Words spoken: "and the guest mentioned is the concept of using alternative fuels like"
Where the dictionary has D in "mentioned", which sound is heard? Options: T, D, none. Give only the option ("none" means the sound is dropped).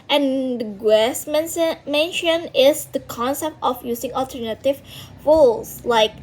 none